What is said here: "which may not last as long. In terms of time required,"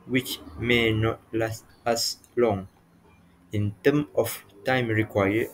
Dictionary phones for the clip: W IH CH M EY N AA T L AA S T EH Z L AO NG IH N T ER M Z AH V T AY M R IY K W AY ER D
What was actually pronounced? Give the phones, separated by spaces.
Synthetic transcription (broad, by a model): W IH CH M EY N AA T L AA S T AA S L AO NG IH N T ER M AH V T AY M R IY K W AY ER